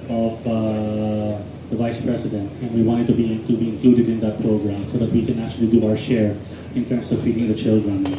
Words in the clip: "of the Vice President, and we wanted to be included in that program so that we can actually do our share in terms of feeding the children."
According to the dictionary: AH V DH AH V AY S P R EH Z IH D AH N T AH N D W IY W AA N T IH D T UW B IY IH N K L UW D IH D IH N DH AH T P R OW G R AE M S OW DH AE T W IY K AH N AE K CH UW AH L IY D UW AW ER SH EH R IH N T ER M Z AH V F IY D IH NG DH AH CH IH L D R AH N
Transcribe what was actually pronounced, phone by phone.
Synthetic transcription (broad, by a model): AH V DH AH V AY S P R EH S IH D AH N T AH N W IY W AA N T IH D T UW B IY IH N K L UW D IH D IH N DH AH T P R OW G R AE M S OW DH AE T W IY K AH N AE K CH UW AH L IY D UW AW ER SH EH R IH N T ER M S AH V F IY D IH NG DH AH CH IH L D R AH N